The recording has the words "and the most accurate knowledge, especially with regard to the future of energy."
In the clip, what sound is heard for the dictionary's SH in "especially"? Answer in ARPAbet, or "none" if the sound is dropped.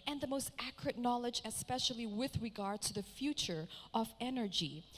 SH